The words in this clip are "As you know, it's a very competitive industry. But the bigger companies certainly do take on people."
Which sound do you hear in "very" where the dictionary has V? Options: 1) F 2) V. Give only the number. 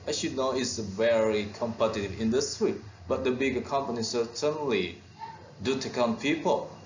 2